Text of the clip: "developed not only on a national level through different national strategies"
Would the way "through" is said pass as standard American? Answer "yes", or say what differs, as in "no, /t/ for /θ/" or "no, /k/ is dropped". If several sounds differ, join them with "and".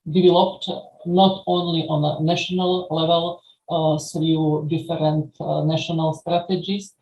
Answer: no, /s/ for /θ/